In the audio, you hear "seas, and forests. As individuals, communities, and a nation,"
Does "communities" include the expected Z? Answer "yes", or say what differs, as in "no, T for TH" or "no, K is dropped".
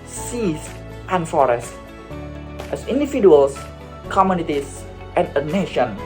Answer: no, S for Z